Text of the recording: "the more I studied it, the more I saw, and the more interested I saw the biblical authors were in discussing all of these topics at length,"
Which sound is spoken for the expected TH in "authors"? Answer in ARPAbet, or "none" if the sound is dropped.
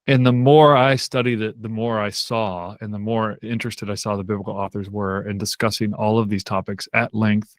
TH